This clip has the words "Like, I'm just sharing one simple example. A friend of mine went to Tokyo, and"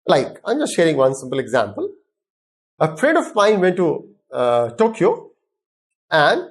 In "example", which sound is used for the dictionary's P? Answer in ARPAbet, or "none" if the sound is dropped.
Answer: P